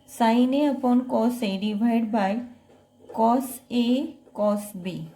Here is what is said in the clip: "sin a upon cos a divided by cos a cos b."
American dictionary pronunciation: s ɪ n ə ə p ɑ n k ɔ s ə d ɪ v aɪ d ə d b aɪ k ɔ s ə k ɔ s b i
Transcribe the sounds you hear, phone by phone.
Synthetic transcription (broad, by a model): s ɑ n ə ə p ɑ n k ɔ s ə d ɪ b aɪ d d b aɪ k ɔ s ə k ɔ s b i